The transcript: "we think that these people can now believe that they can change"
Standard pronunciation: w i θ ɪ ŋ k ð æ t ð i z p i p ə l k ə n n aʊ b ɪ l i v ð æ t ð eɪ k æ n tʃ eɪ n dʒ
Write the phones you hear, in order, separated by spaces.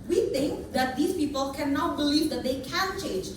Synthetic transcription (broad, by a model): w i θ ɪ ŋ k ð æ t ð i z p i p ə l k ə n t b ɪ l i v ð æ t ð eɪ k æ n tʃ eɪ n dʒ